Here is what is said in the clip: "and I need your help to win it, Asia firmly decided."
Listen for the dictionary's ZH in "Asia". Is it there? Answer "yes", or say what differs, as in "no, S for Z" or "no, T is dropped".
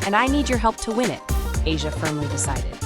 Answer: yes